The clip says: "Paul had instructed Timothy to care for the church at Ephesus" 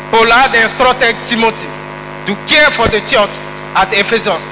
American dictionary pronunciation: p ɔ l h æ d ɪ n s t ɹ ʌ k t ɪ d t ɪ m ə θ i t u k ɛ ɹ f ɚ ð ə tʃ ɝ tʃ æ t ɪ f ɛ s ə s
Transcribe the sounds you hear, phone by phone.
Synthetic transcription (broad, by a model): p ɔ l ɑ d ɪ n s t ɹ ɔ t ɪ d t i m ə t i t u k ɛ f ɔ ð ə tʃ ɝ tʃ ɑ t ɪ f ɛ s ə s